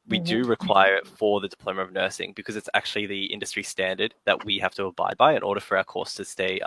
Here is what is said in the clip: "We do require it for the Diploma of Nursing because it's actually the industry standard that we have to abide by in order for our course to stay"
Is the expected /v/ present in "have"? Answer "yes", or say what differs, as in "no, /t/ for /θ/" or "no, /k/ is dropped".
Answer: no, /f/ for /v/